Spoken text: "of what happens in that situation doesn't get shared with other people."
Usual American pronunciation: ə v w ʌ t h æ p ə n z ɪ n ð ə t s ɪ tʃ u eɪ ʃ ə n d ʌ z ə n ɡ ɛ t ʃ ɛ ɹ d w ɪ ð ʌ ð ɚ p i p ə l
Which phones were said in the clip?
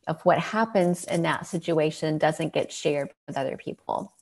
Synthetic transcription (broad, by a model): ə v w ʌ t h æ p ə n z ɪ n ð ə t s ɪ tʃ u eɪ ʃ ə n d ʌ z ə n ɡ ɛ t ʃ ɛ ɹ d w ɪ ð ʌ ð ɚ p i p l